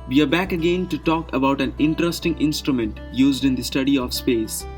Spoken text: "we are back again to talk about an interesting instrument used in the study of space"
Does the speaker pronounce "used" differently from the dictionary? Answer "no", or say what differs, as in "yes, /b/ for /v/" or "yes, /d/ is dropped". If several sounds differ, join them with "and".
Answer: no